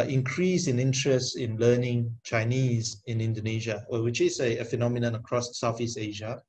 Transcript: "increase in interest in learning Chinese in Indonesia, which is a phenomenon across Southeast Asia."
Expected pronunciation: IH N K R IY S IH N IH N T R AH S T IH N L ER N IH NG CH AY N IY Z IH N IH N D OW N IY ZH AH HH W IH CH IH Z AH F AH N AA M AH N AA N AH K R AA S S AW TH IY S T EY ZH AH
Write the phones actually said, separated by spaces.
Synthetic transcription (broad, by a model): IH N K R IY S IH N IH N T R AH S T IH N L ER N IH NG CH AY N IY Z IH N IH N D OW N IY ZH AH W W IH CH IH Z AH F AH N AA M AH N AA N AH K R AA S S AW F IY S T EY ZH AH